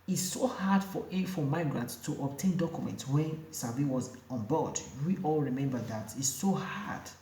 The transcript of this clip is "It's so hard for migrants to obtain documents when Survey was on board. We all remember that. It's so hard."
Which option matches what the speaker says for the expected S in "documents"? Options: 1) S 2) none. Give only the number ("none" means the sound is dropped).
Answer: 1